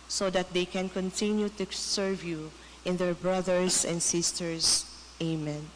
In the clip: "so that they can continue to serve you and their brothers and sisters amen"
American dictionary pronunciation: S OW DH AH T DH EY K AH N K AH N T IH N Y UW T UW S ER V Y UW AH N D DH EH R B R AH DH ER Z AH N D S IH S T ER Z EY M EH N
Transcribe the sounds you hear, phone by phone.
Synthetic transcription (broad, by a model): S OW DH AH T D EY K AH N K AH N T IH N Y UW T UW S ER V Y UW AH N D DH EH R B R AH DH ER S AH N D S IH S T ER S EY M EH N